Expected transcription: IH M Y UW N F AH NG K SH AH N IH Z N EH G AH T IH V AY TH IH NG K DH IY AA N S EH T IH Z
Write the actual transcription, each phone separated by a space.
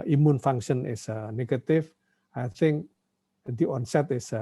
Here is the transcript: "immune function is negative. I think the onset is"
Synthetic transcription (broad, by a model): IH M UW N F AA NG K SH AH N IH S N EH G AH T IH F AY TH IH NG K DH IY AA N S EH T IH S